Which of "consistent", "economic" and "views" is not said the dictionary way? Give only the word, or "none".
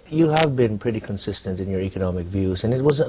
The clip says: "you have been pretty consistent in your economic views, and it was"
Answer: none